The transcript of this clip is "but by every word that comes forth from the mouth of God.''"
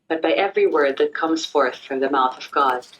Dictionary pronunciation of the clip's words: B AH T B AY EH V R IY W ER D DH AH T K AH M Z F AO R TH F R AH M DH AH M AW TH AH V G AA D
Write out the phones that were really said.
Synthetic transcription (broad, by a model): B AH T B AY EH V R IY W ER D DH AH T K AH M Z F AO R TH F R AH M DH AH M AW TH AH V G AA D